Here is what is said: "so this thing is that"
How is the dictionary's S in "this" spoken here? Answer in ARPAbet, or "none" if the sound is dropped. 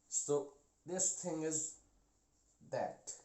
S